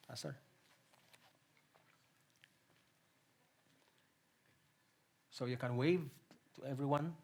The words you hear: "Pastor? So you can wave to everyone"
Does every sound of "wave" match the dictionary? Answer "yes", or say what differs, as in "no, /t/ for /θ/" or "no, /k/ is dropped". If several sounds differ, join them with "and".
yes